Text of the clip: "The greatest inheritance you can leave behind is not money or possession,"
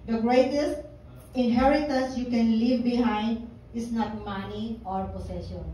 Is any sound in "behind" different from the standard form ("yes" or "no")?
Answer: no